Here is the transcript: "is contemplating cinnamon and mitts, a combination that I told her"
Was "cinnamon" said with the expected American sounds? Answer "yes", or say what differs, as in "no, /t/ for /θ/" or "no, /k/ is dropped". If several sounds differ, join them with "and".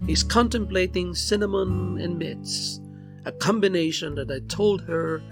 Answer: yes